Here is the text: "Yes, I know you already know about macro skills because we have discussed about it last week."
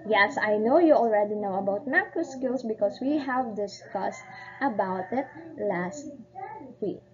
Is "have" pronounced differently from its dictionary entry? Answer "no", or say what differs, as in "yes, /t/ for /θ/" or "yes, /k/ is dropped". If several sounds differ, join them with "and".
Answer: no